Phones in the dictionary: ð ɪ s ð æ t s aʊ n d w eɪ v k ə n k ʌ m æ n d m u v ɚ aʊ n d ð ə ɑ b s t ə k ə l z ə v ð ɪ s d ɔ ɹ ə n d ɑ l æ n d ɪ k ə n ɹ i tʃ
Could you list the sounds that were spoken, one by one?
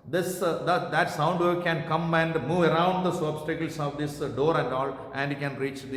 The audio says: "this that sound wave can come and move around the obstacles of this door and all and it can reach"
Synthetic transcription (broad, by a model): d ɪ s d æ t s aʊ n d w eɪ k ə n k ʌ m æ n d m u v ɚ aʊ n d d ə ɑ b s t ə k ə l s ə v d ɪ s d ɔ ɹ ə n d ɑ l æ n d k ə n ɹ i tʃ